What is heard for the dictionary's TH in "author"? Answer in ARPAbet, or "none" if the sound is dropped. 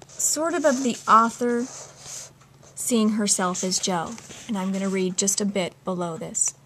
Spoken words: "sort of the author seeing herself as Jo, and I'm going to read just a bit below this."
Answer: TH